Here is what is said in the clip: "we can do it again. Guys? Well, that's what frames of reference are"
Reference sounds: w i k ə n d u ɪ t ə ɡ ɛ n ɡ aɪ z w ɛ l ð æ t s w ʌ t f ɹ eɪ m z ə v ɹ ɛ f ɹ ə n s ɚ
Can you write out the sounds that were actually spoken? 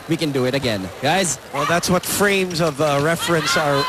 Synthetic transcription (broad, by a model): w i k ə n d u ɪ t ə ɡ ɛ n ɡ aɪ z w ɛ l ð æ t s w ʌ t f ɹ eɪ m z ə v ɹ ɛ f ɹ ə n s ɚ